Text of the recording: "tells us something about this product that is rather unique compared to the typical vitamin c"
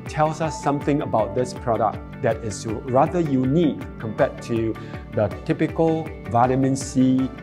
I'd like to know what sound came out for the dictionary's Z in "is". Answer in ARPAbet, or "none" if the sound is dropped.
S